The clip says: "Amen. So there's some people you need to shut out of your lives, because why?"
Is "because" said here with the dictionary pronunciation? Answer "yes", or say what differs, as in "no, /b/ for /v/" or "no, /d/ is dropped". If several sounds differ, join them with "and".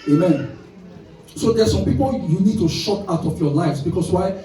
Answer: no, /s/ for /z/